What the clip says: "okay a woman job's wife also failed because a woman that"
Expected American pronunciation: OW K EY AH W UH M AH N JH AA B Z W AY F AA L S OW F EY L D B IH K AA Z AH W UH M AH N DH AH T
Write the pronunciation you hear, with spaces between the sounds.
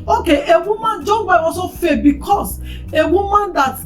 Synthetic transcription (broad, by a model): OW K EY AH W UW M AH N JH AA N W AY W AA S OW F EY B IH K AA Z AH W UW M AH N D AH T